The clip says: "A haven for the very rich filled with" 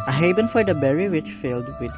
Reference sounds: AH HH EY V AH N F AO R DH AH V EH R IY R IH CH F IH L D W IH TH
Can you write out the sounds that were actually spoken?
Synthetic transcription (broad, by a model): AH HH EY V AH N F AO R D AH B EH R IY W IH CH F IH L D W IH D